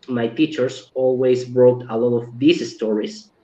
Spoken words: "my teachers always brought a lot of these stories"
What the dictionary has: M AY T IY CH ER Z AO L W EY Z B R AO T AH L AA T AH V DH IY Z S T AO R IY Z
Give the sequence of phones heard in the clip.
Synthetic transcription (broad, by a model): M AY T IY CH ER S AO L W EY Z B R AO T AH L AA T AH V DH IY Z S T AO R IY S